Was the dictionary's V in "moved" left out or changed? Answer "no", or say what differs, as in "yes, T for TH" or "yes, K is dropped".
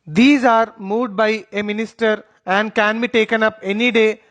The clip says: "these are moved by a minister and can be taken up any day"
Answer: yes, V is dropped